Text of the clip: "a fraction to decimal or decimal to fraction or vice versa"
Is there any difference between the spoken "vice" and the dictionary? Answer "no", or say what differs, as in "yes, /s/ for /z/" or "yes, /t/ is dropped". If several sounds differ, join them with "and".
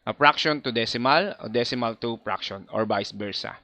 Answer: yes, /b/ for /v/